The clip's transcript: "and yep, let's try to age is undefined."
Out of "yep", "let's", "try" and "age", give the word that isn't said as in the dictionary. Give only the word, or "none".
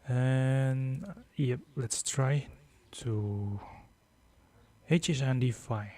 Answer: age